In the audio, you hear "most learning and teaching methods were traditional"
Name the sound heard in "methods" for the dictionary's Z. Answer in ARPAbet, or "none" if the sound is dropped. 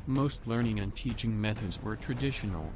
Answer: Z